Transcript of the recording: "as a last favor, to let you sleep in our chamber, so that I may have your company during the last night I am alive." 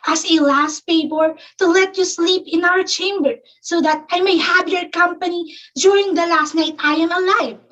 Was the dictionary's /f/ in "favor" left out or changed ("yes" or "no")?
yes